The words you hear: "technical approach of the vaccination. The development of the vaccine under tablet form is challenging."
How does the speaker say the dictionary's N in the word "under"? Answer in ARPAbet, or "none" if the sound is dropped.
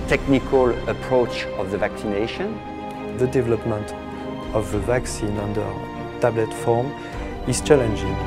N